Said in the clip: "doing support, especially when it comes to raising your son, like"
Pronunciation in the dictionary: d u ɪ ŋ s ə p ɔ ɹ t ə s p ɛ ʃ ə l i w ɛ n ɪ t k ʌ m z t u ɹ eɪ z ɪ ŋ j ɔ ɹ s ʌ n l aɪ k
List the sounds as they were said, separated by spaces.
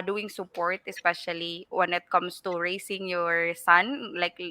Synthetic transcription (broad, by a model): d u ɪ ŋ s ə p ɔ ɹ t ə s p ɛ ʃ ə l i w ɛ n ɪ t k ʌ m s t u ɹ eɪ s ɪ ŋ j ɔ ɹ s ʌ n l aɪ k